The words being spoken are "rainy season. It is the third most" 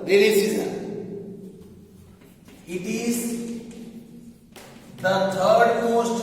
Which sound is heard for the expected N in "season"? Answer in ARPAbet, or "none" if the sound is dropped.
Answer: none